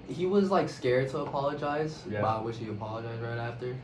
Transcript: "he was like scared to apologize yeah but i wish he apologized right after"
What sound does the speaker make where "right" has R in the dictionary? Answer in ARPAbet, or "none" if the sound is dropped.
R